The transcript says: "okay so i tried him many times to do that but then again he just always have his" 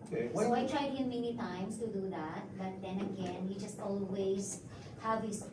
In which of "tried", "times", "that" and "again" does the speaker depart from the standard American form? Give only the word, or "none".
times